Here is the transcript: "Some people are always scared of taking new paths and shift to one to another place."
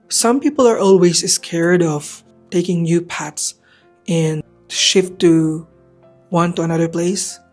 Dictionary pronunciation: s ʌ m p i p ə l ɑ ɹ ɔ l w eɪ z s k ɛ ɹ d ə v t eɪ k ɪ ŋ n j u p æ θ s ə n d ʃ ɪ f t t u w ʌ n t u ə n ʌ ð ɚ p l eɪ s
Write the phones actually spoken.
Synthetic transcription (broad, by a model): s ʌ m p i p ə l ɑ ɹ ɔ l w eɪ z s k ɛ ɹ d ə v t eɪ k ɪ ŋ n j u p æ t s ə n ʃ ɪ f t t u w ʌ n t u ə n ʌ ð ɚ p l eɪ s